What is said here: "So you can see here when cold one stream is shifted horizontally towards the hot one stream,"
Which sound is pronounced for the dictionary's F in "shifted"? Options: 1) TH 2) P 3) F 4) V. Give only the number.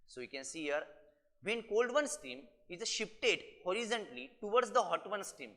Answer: 2